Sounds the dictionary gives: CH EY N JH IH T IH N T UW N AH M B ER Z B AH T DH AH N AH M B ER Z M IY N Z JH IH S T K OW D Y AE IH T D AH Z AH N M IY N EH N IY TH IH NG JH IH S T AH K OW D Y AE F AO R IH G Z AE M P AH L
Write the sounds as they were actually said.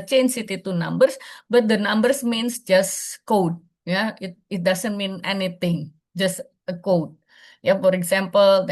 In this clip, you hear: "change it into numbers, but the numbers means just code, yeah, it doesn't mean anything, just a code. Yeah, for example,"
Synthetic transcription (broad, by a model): CH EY N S IH T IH T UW N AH M B ER S B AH T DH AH N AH M B ER S M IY N S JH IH S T K OW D Y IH IH T D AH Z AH N M IY N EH N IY T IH NG JH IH S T AH K OW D Y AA F AO R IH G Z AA M P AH L